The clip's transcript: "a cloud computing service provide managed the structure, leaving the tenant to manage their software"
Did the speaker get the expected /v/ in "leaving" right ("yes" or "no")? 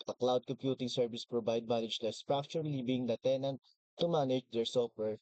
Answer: no